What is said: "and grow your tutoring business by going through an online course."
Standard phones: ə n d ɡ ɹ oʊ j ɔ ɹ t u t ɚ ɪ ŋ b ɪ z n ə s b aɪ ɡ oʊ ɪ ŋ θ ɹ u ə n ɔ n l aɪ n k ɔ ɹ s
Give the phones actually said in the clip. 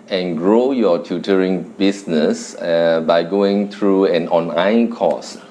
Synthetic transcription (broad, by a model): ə n ɡ ɹ oʊ j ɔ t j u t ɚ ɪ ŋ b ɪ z n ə s b aɪ ɡ oʊ ɪ ŋ t ɹ u ə n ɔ n aɪ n k ɔ s